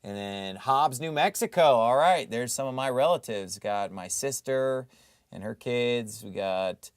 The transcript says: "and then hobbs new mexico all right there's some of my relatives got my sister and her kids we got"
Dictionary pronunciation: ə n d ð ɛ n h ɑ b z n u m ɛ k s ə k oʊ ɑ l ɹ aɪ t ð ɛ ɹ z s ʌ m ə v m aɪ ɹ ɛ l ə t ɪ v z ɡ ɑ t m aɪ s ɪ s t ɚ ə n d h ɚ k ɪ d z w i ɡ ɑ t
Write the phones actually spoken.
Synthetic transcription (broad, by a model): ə n ð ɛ n h ɑ b z n u m ɛ k s ə k oʊ ɑ l ɹ aɪ t ð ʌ ɹ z s ʌ m ə v m aɪ ɹ ɛ l ə t ɪ v z ɡ ɑ t m aɪ s ɪ s t ɚ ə n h ɚ k ɪ d z w i ɡ ɑ t